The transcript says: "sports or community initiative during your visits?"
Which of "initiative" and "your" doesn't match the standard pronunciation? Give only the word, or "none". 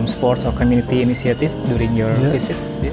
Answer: initiative